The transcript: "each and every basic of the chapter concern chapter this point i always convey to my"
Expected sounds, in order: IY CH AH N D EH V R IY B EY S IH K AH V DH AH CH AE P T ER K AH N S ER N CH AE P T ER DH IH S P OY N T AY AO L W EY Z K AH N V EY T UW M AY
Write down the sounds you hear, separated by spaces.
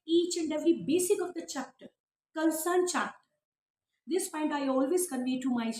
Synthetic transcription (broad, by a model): IY CH AH N D EH V R IY B EY S IH K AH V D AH CH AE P T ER K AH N S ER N CH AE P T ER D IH S F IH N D AY AO L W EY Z K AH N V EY T UW M AY